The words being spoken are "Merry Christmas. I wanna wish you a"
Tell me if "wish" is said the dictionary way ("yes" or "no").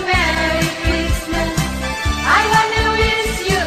no